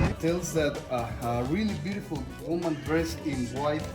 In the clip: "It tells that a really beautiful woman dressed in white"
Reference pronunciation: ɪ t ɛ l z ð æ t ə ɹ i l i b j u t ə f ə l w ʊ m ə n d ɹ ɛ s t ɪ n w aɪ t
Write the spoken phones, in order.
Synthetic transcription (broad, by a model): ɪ t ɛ l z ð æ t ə ɹ i l i b j u t ə f ə l w ʊ m ə n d ɹ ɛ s ɪ n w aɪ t